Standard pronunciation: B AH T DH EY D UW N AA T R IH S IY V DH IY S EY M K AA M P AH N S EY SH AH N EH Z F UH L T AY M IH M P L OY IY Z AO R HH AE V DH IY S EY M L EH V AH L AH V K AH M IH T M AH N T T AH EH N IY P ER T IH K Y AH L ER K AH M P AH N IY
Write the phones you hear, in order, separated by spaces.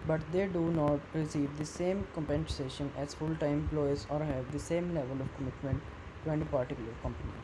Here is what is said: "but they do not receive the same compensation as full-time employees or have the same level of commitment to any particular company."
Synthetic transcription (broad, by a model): B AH T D EY D UW N AA T R IH S IY V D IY S EY M K AA M P AH N S EY SH AH N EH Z F UH L T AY IH M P L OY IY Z AO R HH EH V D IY S EY M L EH V AH L AH V K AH M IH T M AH N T T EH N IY P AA T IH K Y L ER K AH M P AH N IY